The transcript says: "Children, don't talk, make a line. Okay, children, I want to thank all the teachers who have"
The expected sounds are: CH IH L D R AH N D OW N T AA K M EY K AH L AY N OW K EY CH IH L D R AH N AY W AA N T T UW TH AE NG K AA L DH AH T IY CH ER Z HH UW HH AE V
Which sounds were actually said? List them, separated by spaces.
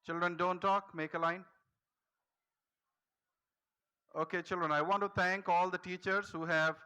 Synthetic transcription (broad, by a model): CH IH L D R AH N D OW N T AA K M EY K AH L AY N OW K EY CH IH L D R AH N AY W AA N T T UW T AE NG K AA L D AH T IY CH ER Z HH UW HH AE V